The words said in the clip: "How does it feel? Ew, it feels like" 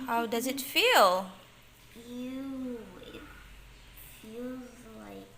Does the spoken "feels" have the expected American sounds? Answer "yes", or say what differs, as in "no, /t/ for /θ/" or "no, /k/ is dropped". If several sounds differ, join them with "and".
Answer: yes